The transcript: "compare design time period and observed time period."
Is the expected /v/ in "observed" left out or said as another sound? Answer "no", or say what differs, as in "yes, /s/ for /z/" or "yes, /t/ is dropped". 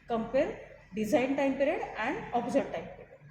yes, /v/ is dropped